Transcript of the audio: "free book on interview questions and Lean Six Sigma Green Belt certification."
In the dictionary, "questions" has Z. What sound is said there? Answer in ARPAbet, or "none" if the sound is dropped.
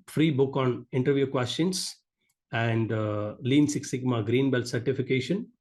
S